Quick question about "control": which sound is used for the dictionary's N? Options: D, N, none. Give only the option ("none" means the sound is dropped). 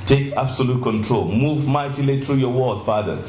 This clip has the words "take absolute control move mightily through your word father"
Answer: N